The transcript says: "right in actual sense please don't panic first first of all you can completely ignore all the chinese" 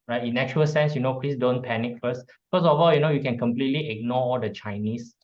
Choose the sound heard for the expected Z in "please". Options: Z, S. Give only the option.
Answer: S